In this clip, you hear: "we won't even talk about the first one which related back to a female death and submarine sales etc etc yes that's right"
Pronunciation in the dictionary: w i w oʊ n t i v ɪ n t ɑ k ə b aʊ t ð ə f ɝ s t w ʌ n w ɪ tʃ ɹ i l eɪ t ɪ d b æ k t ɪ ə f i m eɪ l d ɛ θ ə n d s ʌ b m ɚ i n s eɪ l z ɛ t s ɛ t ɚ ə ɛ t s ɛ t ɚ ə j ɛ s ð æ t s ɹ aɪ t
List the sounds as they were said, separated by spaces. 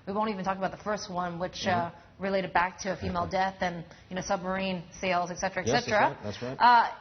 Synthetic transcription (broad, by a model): w i w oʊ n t i v ɪ n t ɑ k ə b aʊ t ð ə f ɝ s t w ʌ n w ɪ tʃ ɹ i l eɪ t ɪ d b æ k t ɪ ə f i m eɪ l d ɛ θ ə n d s ʌ b m ɚ i n s eɪ l z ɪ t s ɛ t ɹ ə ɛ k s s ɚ ɛ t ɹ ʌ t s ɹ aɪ